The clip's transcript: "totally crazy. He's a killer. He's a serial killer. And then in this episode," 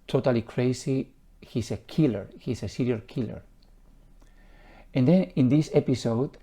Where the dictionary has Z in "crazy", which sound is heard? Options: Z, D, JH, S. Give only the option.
S